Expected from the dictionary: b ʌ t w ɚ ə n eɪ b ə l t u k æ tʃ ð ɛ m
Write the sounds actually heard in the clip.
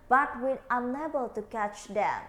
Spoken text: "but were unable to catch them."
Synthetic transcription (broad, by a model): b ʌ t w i ə n eɪ b ə l t u k æ tʃ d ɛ